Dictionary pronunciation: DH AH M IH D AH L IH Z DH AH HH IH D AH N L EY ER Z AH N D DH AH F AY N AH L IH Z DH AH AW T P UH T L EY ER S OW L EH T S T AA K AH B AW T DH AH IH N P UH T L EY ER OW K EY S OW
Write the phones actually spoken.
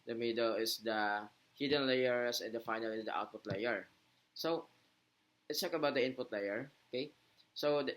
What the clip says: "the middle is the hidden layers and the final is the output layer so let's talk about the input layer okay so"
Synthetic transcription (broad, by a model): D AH M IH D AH L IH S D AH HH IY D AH N L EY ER S AH N D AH F AY N AH L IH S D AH AW T P UH T L EY ER S OW W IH T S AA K AH B AW T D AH IH N P UH T L EY ER OW K EY S OW